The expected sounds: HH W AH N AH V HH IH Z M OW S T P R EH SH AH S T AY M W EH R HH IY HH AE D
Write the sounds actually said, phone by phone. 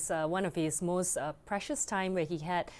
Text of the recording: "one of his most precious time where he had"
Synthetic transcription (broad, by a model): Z W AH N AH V HH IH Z M OW S T P R EH SH AH S T AY M W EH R HH IY HH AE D